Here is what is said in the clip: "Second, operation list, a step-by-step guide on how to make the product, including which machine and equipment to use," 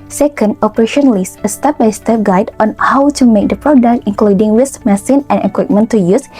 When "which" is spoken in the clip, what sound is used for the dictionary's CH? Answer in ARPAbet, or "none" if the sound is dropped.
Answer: S